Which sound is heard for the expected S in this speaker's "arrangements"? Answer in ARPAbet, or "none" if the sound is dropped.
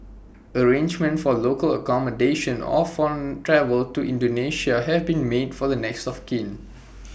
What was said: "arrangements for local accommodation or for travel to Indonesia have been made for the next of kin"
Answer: none